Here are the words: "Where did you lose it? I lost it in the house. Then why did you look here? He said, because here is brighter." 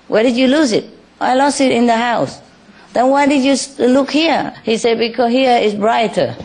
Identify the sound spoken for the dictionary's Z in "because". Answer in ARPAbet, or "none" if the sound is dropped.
none